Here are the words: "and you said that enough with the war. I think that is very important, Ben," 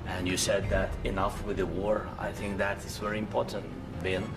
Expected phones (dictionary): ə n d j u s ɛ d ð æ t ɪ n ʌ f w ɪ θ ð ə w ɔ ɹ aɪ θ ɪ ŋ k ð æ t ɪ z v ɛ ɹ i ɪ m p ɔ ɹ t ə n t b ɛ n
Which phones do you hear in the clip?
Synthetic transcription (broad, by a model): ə n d j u s ɛ d ð æ t ɪ n ʌ f w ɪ ð ə w ɔ ɹ aɪ θ ɪ ŋ k ð æ t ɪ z v ɛ ɹ i ɪ m p ɔ ɹ t ə n t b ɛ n